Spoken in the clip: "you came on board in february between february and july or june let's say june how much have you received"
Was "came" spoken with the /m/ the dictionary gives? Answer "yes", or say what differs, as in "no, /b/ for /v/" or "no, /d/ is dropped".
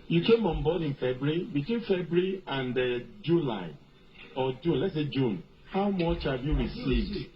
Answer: yes